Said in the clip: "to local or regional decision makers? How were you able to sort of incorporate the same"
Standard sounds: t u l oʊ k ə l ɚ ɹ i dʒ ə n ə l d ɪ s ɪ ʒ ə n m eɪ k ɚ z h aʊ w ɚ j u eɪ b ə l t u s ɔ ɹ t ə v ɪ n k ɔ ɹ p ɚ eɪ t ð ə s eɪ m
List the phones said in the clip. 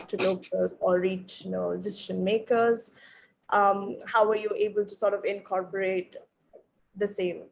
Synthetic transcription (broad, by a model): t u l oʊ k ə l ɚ ɹ i tʃ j n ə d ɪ s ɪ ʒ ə n m eɪ k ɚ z h aʊ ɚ j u eɪ b ə l t u s ɔ ɹ t ə v ɪ n k ɔ ɹ p ɚ eɪ t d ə s eɪ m